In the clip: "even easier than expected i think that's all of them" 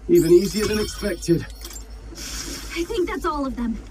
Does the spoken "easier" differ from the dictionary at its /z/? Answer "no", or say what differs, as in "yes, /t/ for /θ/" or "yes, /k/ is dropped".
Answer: no